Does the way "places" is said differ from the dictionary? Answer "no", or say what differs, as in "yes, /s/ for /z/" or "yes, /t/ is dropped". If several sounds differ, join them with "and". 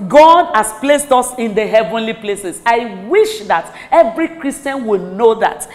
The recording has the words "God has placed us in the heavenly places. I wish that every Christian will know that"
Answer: yes, /s/ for /z/